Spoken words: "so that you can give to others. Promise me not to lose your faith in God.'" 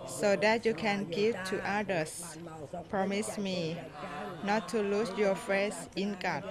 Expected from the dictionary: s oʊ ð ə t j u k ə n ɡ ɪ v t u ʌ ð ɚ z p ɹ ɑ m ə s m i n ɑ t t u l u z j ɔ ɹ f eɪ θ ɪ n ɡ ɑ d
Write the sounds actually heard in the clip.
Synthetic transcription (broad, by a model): s oʊ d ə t j u k ə n ɡ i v t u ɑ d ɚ s p ɹ ɑ m ə s m i n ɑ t t u l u s j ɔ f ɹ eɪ s ɪ n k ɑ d